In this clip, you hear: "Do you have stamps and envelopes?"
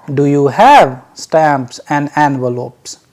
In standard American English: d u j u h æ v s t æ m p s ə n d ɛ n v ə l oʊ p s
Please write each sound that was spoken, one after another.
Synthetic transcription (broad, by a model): d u j u h æ v s t æ m p s ə n d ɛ n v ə l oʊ p s